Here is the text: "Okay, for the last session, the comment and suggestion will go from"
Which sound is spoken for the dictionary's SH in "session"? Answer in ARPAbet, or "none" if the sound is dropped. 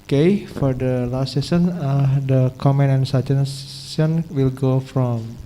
S